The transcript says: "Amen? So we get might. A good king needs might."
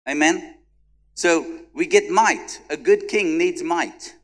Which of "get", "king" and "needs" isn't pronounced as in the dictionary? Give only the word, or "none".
none